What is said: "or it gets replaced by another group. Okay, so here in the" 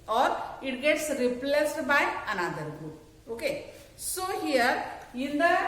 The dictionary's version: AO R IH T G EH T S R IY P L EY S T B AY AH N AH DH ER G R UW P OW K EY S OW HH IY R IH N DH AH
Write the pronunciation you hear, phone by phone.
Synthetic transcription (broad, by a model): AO R IH T G EH T S R IY P L EY S T B AY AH N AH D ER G UW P OW K EY S OW HH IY R IH N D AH